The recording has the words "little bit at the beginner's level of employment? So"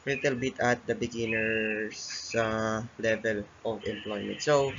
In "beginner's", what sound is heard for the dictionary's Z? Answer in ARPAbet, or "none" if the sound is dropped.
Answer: S